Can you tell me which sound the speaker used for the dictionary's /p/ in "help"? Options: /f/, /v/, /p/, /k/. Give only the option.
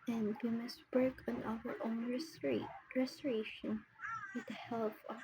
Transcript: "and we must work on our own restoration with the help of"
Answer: /f/